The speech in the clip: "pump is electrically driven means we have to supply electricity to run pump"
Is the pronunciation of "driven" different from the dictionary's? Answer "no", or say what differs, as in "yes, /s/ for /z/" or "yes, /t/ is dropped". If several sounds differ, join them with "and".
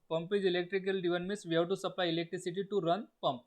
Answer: yes, /ɹ/ is dropped